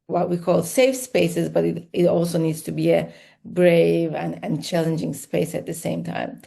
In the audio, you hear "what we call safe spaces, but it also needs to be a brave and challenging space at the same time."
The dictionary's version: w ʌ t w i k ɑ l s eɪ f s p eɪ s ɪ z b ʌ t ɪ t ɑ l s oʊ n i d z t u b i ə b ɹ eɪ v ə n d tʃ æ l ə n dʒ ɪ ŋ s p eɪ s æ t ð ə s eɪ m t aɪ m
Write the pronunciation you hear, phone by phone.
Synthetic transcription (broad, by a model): w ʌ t w i k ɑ l s eɪ f s p eɪ s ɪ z b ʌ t ɪ t ɑ l s oʊ n i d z t u b i ə b ɹ eɪ v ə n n tʃ æ l ə n dʒ ɪ ŋ s p eɪ s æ t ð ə s eɪ m t aɪ m